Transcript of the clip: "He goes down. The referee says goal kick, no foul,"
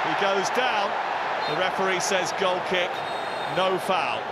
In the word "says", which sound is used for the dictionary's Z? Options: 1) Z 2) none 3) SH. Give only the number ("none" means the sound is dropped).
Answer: 1